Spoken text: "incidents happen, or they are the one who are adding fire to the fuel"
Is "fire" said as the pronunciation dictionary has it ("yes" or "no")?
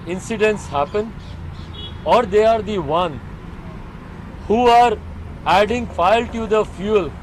no